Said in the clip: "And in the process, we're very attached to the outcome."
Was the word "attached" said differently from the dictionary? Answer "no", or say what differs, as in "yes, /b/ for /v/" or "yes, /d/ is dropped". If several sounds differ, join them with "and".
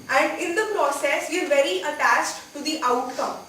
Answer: no